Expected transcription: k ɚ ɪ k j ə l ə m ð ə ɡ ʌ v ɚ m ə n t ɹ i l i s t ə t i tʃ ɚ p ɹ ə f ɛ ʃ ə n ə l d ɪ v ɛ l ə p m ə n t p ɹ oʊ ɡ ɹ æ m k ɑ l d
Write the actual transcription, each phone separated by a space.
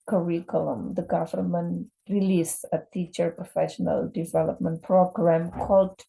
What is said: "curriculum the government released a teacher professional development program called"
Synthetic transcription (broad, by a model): k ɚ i k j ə l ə m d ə ɡ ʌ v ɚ m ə n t ɹ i l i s ə t i tʃ ɚ p ɹ ə f ɛ ʃ ə n ə l d ɪ v ɛ l ə p m ə n t p ɹ oʊ ɡ ɹ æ m k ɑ l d